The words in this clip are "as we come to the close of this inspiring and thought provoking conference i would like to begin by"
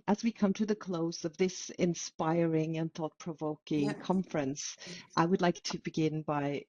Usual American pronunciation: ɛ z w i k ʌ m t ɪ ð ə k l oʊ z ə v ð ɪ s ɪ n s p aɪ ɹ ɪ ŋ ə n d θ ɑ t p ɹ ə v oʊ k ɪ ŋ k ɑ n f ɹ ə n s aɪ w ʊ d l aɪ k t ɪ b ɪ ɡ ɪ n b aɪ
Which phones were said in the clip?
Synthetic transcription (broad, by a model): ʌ z w i k ʌ m t ɪ ð ə k l oʊ z ə v ð ɪ s ɪ n s p aɪ ɹ ɪ ŋ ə n θ ɑ t p ɹ ə v oʊ k ɪ ŋ k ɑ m f ɹ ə n s aɪ w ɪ d l aɪ k t ɪ b ɪ ɡ ɪ n b aɪ